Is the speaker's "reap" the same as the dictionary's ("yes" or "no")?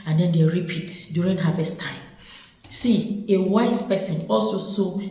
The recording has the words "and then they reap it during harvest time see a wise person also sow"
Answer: yes